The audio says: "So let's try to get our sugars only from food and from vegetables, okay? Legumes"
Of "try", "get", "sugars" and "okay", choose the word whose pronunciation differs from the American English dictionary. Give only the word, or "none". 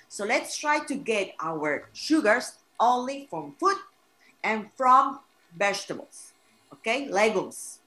sugars